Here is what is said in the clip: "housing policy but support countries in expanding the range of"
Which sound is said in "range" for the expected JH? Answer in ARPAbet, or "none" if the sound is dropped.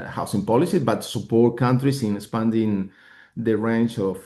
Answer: CH